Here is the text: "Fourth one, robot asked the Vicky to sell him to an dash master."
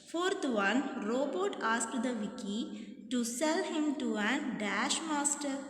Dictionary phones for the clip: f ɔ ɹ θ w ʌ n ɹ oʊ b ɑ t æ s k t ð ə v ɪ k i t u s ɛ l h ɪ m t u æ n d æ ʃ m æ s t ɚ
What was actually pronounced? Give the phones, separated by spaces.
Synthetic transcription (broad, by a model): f ɔ ɹ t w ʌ n ɹ oʊ b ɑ t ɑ s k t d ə v ɪ k i t u s ɛ l h ɪ m t u æ n d æ ʃ m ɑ s t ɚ